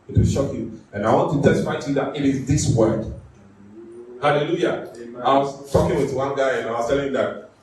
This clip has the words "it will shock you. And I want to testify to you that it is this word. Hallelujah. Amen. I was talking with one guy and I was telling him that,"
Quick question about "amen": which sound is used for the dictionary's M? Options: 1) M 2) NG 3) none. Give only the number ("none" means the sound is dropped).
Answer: 3